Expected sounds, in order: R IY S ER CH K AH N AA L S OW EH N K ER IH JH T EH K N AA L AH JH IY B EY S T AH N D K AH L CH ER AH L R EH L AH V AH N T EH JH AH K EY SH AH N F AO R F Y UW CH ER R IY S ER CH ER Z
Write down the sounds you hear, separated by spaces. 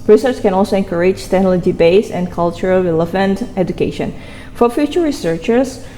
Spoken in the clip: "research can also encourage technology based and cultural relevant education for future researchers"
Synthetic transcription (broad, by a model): R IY S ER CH K AH N AA L S OW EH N K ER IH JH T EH N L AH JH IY B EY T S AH N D K AH L CH ER AH L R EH L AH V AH N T EH JH AH K EY SH AH N F AO R F Y UW CH ER R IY S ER CH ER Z